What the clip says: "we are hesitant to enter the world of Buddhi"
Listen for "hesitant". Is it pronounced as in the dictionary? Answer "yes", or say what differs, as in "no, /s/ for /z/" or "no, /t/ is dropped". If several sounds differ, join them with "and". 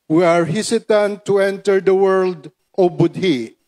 no, /s/ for /z/